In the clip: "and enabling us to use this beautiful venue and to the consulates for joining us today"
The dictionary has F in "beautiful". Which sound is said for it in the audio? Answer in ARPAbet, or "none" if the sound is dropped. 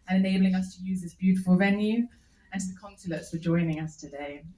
F